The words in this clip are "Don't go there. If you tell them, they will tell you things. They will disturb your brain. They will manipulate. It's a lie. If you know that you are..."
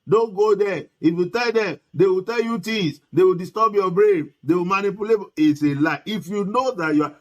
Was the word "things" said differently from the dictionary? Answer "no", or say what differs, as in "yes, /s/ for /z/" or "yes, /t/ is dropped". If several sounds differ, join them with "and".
yes, /t/ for /θ/